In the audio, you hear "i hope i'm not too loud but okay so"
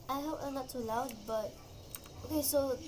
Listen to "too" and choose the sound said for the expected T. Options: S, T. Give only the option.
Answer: S